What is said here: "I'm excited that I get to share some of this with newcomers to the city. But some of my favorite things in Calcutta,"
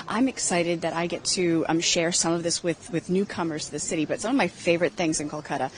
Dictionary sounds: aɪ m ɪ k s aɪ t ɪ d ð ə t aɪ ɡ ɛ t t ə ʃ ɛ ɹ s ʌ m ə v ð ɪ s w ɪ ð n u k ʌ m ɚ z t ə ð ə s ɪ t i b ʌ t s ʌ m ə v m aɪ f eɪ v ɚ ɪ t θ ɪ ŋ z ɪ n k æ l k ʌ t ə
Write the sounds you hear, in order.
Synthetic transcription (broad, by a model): aɪ m ɪ k s aɪ t ɪ d ð ə t aɪ ɡ ɛ t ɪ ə ʃ ɛ ɹ s ʌ m ə v ð ɪ s w ɪ ð n u k ʌ m ɚ z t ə ð ə s ɪ t i b ʌ t s ʌ m ə v m aɪ f eɪ v ɚ ɪ t θ ɪ ŋ z ɪ n k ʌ l k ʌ t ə